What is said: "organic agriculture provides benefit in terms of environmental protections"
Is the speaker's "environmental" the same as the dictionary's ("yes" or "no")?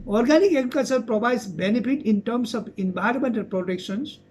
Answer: no